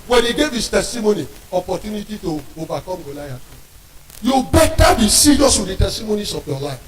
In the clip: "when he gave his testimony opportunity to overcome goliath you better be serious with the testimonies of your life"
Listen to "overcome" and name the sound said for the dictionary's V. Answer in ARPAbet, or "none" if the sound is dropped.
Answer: B